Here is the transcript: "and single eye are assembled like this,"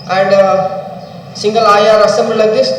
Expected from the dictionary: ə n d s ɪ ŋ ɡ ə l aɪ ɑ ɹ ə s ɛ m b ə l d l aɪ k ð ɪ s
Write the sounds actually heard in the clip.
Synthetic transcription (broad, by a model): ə n d s ɪ ŋ ɡ ə l aɪ ɑ ɹ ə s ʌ m ə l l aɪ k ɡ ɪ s